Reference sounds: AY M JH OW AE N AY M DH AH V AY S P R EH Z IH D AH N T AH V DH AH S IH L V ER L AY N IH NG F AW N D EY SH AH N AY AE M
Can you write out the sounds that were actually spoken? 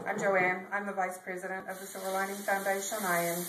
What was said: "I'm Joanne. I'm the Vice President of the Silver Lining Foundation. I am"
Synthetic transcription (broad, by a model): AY M JH OW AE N AY M DH AH V AY S P R EH Z IH D AH N T AH V DH AH S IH V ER L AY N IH NG F AW N D EY SH AH N AY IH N